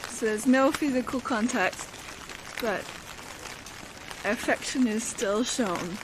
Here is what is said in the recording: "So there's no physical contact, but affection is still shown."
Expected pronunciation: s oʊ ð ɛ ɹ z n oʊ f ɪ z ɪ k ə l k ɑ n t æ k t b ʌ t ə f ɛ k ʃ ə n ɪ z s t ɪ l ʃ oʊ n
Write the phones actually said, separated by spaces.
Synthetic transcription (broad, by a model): s oʊ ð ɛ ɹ z n oʊ f ɪ z ɪ k ə l k ɑ n t æ k t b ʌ t ə f ɛ k ʃ ə n ɪ z s t ɪ l ʃ oʊ n